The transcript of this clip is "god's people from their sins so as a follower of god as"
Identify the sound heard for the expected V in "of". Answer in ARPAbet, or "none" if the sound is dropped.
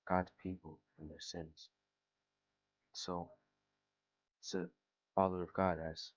V